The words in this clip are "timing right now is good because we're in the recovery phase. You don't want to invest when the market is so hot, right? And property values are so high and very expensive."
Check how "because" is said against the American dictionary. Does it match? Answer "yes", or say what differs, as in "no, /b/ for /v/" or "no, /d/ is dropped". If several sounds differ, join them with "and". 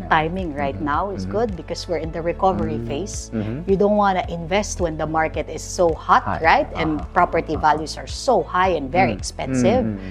no, /s/ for /z/